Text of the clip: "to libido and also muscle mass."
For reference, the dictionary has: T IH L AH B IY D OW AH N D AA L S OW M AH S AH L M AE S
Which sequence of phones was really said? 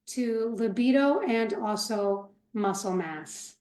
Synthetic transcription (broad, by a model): T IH L AH B IY D OW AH N AA L S OW M AH S L M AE S